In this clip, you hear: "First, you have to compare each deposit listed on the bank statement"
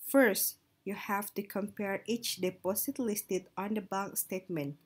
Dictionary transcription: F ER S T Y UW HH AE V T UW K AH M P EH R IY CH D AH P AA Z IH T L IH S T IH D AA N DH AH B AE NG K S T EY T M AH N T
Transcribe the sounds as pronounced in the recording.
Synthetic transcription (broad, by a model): F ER S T Y UW HH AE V T UW K AH M P EH R IY CH D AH P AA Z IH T L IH S T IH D AA N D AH B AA NG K S T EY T M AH N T